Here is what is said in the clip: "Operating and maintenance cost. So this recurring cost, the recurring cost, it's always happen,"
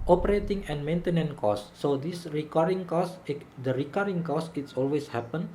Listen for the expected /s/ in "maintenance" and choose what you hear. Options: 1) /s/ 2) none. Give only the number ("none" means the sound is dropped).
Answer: 2